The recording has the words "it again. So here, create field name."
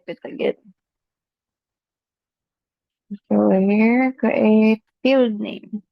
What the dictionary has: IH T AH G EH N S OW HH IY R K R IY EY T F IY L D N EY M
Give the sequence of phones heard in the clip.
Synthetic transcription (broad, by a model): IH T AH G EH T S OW HH IY R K IY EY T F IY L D N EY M